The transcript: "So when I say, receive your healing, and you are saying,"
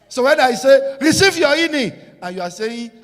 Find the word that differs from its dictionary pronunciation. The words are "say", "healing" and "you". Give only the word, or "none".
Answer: healing